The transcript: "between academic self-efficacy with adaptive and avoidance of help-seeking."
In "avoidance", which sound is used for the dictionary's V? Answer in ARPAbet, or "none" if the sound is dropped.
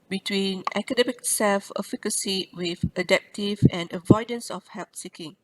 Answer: V